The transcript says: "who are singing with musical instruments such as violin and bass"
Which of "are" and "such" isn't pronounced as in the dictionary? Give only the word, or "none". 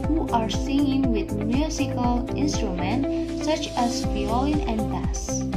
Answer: none